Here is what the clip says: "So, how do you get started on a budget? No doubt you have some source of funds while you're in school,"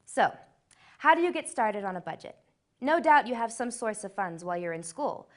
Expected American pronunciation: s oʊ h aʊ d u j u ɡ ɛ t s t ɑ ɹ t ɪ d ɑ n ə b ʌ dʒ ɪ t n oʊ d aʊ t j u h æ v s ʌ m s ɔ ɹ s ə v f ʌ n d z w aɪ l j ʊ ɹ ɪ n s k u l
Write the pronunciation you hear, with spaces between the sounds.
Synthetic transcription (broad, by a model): s oʊ h aʊ d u j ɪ ɡ ɛ t s t ɑ ɹ t ɪ d n ə b ʌ dʒ ɪ t n oʊ d aʊ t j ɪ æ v s ʌ m s ɔ ɹ s ə v f ʌ n d z w aɪ l j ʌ ɹ ɪ n s k u l